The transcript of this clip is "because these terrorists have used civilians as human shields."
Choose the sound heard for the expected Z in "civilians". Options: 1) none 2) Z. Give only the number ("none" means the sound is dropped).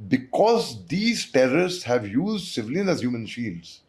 1